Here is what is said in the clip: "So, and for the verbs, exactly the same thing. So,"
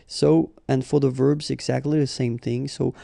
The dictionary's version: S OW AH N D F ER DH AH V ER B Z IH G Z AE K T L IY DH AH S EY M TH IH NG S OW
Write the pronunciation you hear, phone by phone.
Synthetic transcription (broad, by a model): S OW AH N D F ER DH AH V ER B Z IH G Z AE K T L IY DH AH S EY M TH IH NG S OW